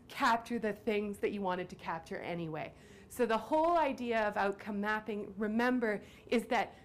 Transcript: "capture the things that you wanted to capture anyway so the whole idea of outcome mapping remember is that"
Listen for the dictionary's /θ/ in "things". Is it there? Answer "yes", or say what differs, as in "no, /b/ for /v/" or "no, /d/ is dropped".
yes